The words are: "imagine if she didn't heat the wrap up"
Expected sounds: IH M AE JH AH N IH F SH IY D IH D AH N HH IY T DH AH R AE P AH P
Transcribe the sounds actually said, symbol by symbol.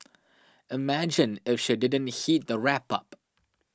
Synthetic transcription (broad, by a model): IH M AE JH AH N IH F SH IY D IH D AH N HH IY T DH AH R AE P AH P